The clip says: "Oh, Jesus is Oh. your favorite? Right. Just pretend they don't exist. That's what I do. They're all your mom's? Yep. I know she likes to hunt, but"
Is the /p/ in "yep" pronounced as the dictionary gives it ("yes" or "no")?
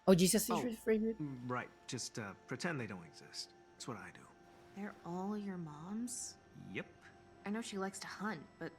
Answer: yes